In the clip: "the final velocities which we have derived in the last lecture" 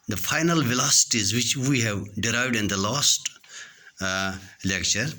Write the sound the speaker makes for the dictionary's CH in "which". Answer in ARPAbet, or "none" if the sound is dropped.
CH